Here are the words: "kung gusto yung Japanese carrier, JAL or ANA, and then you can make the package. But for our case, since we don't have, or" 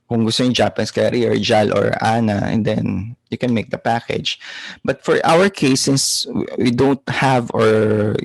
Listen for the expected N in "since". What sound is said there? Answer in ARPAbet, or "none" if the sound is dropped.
none